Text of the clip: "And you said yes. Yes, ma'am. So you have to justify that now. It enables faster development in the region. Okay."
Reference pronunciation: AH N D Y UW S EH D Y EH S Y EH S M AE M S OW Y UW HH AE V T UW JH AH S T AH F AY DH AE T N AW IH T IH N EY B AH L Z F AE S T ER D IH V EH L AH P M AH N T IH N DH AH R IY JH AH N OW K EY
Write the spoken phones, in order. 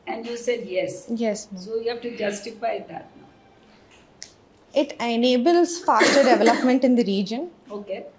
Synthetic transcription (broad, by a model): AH N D Y UW S EH D Y EH S Y EH S S OW Y UW HH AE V T UW JH AH S T AH F AY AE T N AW IH T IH N EY B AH L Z F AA S T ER D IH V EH L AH P M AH N T IH N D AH R IY JH AH N OW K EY